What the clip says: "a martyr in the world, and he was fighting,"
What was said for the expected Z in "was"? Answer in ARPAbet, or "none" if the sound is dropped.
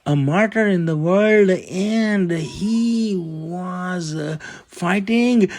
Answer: Z